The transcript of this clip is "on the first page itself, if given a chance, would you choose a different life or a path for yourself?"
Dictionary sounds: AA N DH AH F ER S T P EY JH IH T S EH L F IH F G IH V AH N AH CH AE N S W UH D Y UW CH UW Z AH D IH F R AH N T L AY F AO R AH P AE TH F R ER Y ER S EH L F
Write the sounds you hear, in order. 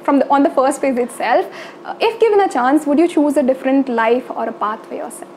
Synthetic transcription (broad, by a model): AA N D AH F ER S T F EY Z IH T S EH L F IH F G IH V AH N AH CH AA N S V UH D Y UW CH UW Z AH D IH F R AH N T L AY F AO R AH P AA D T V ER Y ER S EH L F